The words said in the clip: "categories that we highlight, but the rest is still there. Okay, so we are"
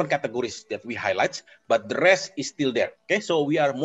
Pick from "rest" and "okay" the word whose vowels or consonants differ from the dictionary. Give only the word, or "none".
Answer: rest